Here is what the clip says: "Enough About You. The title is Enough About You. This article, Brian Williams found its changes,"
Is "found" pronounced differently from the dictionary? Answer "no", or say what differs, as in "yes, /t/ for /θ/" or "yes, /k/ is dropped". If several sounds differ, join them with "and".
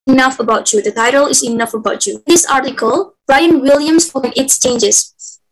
yes, /d/ is dropped